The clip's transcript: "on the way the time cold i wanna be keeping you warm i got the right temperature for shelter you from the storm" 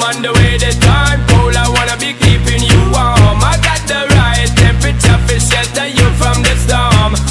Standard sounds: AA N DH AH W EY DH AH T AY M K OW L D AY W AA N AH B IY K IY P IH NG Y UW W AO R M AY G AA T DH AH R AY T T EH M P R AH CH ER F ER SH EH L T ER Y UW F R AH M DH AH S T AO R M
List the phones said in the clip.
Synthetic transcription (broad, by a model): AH N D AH W EY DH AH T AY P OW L AY W AA N AH B IY K IY P IH NG Y UW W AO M AY G AA T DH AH R AY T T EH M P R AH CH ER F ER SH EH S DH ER Y UW F R AH M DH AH S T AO M